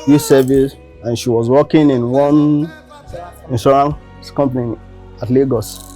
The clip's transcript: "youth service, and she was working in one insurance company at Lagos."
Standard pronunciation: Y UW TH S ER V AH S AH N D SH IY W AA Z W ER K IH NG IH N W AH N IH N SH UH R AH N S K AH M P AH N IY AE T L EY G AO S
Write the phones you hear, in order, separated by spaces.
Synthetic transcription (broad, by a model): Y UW S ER V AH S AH N SH IY W AA Z W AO K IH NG IH N W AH N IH N S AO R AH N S K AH M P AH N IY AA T L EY G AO S